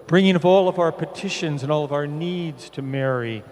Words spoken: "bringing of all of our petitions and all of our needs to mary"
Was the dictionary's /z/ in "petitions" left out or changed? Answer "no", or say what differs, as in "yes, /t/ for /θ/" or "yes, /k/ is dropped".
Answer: no